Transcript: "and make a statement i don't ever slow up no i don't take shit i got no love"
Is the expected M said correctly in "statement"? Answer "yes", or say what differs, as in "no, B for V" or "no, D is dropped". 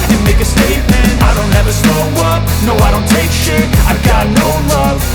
yes